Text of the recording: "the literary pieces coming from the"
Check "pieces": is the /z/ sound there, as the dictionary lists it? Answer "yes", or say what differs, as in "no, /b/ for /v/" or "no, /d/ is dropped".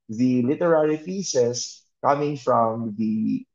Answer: no, /s/ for /z/